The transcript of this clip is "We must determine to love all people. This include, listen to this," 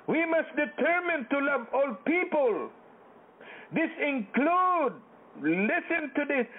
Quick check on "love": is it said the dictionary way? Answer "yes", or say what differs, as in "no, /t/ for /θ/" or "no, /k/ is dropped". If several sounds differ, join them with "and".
yes